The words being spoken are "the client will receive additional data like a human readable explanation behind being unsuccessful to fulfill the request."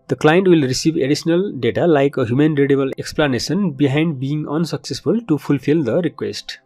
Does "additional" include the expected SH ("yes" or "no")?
no